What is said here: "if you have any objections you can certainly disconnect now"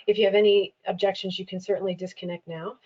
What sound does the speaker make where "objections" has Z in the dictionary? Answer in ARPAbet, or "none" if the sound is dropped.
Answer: Z